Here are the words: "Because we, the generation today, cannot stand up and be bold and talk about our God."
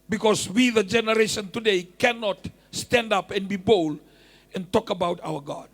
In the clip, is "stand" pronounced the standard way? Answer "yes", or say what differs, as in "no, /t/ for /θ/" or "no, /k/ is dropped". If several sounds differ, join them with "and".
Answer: yes